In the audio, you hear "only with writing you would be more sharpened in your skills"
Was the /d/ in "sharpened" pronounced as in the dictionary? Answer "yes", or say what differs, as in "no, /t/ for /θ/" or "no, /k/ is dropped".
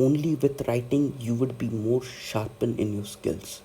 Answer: no, /d/ is dropped